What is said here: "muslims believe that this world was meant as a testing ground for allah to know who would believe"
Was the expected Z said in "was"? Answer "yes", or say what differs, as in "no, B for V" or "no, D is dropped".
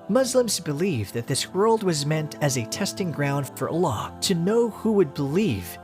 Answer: yes